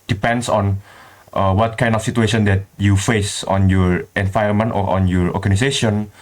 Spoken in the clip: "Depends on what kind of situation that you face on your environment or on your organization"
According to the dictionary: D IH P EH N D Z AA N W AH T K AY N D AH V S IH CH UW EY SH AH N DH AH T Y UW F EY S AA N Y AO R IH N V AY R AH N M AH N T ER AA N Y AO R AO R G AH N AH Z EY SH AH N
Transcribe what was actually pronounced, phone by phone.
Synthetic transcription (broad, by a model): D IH P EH N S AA N W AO T K AY N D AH F S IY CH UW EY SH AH N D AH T Y UW F EY S AA N Y AO R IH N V AY AH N M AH N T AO AA N Y AO R AO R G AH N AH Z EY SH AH N